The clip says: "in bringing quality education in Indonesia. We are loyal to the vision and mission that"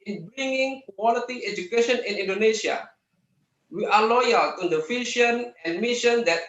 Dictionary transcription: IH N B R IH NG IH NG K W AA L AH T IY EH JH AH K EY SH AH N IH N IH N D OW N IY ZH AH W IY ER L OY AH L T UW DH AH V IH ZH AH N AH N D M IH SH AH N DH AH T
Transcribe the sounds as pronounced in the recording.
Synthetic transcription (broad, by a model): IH N B R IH NG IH NG K W AA L AH T IY EH JH AH K EY SH AH N IH N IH N D OW N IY SH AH W IY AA L OY AH L T UW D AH F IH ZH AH N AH N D M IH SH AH N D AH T